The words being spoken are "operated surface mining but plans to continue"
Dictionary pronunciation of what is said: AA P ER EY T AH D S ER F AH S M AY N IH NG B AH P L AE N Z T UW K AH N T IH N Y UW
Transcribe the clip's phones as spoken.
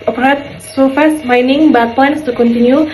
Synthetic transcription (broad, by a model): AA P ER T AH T S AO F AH S M AY N IH NG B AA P AA N S T UW K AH N T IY N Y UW